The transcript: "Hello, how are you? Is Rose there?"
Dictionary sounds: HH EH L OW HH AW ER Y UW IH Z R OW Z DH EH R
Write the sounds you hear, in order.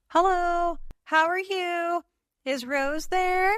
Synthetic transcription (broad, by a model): HH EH L OW HH AW ER Y UW IH Z R OW Z DH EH R